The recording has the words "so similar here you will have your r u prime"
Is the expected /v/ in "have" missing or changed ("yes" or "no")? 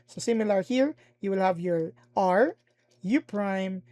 no